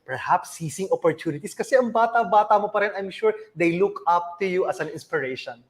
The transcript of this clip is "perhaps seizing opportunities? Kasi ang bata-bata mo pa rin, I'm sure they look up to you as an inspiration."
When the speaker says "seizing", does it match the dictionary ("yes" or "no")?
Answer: no